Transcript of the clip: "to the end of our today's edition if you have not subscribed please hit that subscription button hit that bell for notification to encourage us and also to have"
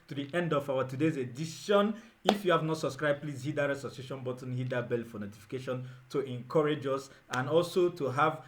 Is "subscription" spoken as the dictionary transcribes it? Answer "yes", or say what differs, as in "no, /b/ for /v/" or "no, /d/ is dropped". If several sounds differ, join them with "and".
no, /p/ is dropped